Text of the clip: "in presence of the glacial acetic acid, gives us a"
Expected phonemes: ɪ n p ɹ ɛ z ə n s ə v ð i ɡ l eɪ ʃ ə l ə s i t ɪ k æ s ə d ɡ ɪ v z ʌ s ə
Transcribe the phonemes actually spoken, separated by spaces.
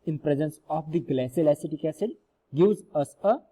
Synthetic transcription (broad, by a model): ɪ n p ɹ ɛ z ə n s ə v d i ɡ l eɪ s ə l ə s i t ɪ k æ s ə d ɡ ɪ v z ʌ s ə